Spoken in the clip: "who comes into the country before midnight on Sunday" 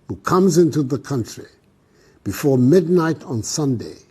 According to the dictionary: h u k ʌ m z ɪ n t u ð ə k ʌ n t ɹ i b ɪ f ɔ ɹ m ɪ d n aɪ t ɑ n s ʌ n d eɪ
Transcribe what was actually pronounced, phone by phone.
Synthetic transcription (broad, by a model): h u k ʌ m z ɪ n t u ð ə k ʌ n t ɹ i b ɪ f ɔ ɹ m ɪ d n aɪ t n s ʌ n d eɪ